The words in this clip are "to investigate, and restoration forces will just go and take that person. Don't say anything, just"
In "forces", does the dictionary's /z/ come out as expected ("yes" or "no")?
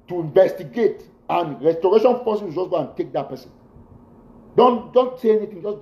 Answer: no